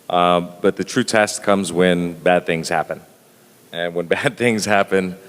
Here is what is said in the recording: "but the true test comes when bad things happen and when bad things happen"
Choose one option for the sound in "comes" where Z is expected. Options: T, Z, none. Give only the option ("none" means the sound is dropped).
Z